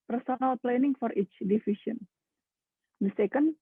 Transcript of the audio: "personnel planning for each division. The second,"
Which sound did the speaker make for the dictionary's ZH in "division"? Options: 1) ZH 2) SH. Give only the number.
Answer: 2